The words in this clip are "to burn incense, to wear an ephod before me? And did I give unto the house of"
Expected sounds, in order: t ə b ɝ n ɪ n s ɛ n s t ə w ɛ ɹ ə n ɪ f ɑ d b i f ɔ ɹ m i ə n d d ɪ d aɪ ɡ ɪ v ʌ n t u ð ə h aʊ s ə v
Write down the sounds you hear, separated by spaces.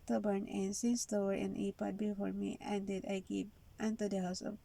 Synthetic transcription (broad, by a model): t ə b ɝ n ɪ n s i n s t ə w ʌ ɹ ə n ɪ p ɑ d b i f ɔ ɹ m i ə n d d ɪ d aɪ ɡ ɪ p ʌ n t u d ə h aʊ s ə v